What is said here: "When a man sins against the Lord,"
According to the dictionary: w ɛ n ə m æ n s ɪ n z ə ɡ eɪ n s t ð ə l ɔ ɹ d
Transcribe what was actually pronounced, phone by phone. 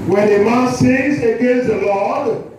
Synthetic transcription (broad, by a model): w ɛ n ə m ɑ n s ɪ z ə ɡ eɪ n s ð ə l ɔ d